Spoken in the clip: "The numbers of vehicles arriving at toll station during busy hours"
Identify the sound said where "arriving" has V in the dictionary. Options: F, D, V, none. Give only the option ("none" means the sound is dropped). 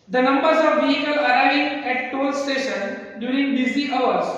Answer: none